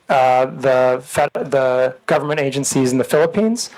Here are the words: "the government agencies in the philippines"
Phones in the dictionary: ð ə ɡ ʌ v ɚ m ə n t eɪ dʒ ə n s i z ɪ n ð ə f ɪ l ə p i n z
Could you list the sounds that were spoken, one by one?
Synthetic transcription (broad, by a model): ð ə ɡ ʌ v ɚ m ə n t eɪ dʒ ə n s i z n ð ə f ɪ l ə p i n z